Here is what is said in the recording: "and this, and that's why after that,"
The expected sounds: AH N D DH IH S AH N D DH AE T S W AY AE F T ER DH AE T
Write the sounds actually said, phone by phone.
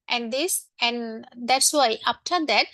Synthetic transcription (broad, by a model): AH N D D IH S AH N D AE T S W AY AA P T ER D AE T